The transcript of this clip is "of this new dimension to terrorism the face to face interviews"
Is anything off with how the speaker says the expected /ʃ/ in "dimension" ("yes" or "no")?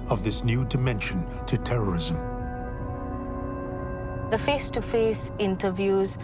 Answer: no